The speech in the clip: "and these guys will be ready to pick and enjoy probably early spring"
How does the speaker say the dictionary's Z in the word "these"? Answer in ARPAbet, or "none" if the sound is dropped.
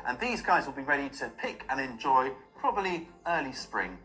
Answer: Z